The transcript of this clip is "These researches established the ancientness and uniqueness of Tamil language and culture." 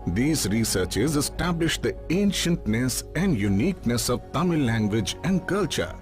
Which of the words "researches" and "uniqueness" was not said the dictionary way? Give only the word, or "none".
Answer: none